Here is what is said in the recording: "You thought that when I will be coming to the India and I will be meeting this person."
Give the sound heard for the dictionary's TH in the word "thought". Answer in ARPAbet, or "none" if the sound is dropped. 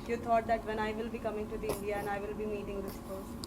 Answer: T